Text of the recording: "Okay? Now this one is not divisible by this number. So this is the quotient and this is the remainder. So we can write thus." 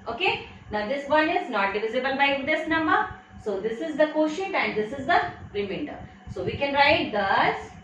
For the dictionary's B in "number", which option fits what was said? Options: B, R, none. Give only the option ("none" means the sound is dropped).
none